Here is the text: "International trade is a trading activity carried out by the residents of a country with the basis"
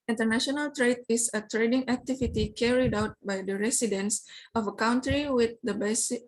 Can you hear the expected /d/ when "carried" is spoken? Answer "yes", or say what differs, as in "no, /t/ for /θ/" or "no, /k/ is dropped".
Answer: yes